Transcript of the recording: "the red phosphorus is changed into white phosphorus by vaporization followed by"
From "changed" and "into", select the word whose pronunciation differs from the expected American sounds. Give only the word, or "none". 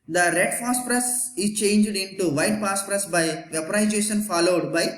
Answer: none